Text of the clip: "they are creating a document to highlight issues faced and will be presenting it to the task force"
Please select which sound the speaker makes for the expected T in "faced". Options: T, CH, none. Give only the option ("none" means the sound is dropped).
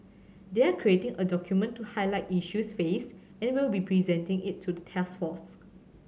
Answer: none